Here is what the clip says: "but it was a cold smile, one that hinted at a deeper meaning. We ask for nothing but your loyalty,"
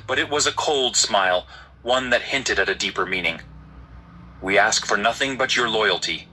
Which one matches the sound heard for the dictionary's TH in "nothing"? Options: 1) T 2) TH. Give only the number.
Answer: 2